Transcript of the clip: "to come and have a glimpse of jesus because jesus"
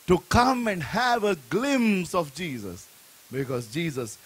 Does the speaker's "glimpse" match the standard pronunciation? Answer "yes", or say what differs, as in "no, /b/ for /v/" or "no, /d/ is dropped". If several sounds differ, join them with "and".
no, /p/ is dropped